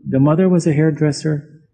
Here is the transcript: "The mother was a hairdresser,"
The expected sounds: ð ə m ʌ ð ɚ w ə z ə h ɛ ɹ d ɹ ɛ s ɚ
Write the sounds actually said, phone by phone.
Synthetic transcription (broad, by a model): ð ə m ʌ ð ɚ w ə z ə h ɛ ɹ d ɹ ɛ s ɚ